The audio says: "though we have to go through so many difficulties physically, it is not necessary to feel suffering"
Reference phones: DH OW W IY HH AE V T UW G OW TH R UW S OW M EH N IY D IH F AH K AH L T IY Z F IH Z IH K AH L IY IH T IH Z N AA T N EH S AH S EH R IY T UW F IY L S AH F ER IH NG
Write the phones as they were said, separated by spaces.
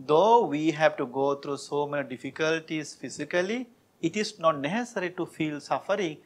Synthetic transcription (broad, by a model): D OW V IY HH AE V T UW G OW T R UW S OW M EH N IY D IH F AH K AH L T IY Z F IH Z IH K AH L IY IH T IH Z N AA T N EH S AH S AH R IY T UW F IY L S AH F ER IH NG